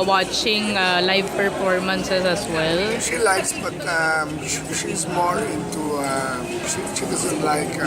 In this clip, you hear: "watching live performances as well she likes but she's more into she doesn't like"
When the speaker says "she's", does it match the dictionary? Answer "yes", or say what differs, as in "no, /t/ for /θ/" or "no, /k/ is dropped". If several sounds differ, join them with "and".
no, /s/ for /z/